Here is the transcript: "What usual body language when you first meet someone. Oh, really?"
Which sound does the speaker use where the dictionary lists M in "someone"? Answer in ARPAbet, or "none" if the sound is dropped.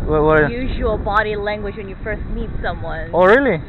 M